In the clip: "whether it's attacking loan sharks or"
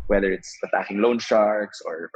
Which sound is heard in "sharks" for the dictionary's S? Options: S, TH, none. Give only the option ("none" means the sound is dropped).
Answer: S